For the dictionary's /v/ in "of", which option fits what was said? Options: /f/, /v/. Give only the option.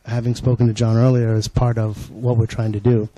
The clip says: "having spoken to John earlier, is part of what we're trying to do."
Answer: /v/